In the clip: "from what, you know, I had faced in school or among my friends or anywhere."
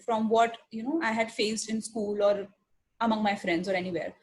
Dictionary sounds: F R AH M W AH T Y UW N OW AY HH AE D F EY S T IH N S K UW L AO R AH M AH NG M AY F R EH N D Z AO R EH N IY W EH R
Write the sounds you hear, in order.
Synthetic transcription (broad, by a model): F R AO M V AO T Y UW N OW AY HH AE D F EY S T IH N S K UW L AO R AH M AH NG M AY F R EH N D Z AO R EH N IY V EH R